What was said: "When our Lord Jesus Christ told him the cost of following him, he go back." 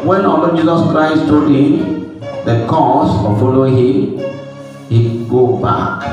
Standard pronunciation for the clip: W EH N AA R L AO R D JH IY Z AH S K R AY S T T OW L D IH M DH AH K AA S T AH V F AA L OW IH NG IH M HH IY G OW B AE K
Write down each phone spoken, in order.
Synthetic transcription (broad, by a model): W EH N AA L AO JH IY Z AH S K R AY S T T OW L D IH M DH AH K AA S AH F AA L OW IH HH IH M HH IY G OW B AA K